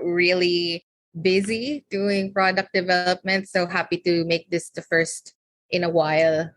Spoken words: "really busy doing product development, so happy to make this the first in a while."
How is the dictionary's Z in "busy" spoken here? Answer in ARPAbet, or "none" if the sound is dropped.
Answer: Z